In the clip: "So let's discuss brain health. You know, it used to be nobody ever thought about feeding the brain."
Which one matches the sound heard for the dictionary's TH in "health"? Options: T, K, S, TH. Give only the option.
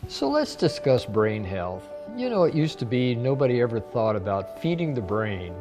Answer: TH